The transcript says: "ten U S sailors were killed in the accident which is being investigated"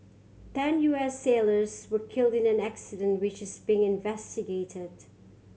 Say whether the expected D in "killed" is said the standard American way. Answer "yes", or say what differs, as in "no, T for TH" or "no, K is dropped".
yes